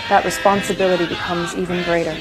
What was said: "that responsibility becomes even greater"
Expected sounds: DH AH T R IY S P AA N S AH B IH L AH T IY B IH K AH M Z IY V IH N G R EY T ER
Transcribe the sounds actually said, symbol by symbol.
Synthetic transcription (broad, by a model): DH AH T R IY S P AA N S AH B IH L AH T IY B IH K AH M Z IY V IH N G R EY T ER